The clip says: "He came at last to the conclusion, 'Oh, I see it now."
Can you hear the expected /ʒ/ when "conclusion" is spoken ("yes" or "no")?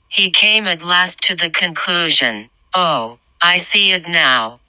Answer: yes